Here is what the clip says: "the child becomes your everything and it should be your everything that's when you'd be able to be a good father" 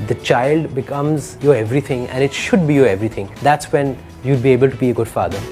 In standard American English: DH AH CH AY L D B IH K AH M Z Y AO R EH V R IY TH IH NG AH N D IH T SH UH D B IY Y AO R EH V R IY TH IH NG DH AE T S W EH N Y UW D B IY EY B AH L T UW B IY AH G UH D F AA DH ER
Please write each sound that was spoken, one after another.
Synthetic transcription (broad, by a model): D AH CH AY L D B IH K AH M Z Y AO R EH V R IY T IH NG AH N D IH T SH UH D B IY Y AO R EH V R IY T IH NG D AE T S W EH N Y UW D B IY EY B AH L T UW B IY AH G UH D F AA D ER